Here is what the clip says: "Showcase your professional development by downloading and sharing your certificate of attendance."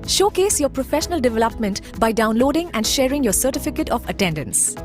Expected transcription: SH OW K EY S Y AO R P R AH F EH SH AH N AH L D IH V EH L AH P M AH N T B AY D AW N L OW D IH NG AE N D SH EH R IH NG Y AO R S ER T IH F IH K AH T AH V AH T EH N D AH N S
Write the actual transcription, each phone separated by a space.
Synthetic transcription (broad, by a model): SH OW K EY S Y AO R P R AH F EH SH AH N AH L D IH V EH L AH P M AH N T B AY D AW N L OW D IH NG AE N D SH EH R IH NG Y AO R S ER T IH F IH K AH T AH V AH T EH N D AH N S